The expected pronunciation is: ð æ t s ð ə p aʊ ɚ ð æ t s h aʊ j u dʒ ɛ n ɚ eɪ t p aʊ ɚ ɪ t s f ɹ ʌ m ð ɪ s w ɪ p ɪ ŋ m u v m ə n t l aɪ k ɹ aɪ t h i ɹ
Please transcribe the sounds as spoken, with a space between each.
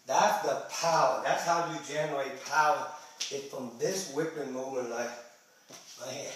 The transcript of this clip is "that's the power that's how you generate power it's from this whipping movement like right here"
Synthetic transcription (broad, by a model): ð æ t s ð ə p aʊ ɚ ð æ t s h aʊ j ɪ dʒ ɛ n ɚ eɪ t p aʊ ɚ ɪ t f ɹ ʌ m ð ɪ s w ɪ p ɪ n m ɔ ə t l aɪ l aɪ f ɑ